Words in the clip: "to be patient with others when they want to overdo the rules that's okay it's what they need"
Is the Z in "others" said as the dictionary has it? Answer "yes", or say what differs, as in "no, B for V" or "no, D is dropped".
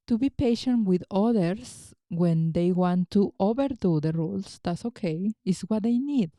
no, S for Z